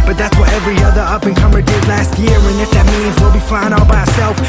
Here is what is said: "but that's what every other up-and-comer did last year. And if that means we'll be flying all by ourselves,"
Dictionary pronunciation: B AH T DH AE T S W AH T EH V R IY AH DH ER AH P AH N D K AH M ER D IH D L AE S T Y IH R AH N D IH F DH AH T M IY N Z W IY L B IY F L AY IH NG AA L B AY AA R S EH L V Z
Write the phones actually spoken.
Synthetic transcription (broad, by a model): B AH T DH AE T S W AH T EH V R IY AH DH ER AH P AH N K AH M ER D IH D L AE S T Y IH R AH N IH F DH AH T M IY N Z W IY L B IY F L AY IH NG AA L B AY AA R S EH L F